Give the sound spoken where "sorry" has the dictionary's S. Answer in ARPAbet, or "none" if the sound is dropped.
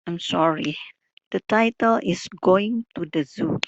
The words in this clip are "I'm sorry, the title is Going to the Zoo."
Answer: S